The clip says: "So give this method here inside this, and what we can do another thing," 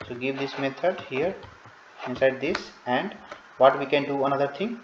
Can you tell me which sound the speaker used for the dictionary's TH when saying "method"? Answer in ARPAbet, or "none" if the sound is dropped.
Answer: T